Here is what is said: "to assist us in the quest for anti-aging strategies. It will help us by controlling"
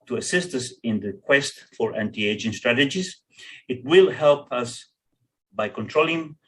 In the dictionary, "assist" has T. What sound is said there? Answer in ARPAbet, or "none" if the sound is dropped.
T